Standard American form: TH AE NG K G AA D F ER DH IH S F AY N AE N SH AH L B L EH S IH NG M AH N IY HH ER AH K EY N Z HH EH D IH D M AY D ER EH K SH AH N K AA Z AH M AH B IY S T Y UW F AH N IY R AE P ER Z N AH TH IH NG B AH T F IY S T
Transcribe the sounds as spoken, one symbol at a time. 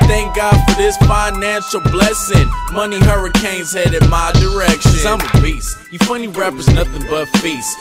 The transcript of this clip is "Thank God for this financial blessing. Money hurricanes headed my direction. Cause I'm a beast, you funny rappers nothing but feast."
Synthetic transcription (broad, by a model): TH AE NG K G AA D F ER DH IH S F AY N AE N SH L B L EH S IH NG M AH N IY HH ER AH K EY N Z HH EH D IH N M AY D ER EH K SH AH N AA AH M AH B IY S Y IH F AH N IY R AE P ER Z N AH TH IH NG B AH T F IY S